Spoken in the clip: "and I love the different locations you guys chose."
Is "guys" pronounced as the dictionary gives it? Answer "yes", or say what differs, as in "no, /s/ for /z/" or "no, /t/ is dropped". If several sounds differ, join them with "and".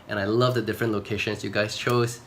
no, /s/ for /z/